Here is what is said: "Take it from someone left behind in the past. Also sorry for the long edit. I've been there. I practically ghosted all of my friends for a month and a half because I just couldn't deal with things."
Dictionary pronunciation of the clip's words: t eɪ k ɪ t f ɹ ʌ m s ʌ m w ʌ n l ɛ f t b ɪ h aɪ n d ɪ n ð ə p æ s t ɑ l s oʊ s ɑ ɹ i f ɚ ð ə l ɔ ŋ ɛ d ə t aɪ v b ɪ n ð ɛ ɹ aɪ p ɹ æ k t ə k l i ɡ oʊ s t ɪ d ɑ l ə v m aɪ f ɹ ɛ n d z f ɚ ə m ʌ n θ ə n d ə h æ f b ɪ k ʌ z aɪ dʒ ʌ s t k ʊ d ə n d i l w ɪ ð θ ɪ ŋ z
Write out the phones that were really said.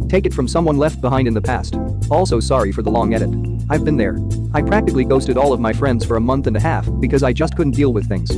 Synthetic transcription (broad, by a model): t eɪ k ɪ t f ɹ ʌ m s ʌ m w ʌ n l ɛ f t b ɪ h aɪ n d ɪ n ð ə p æ s t ɑ l s oʊ s ɑ ɹ i f ɚ ð ə l ɔ ŋ ɛ d ə t aɪ v b ɪ n ð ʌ ɹ aɪ p ɹ æ k t ə k l i ɡ oʊ s t ɪ d ɑ l ə v m aɪ f ɹ ɛ n d z f ɚ ə m ʌ n θ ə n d ə h æ f b ɪ k ʌ z aɪ dʒ ʌ s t k ʊ d n d i l w ɪ ð θ ɪ ŋ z